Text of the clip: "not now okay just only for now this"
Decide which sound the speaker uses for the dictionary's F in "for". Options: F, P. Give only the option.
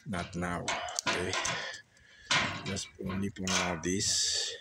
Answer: P